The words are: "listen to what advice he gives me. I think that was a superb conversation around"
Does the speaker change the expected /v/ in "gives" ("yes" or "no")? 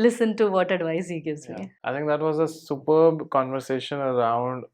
yes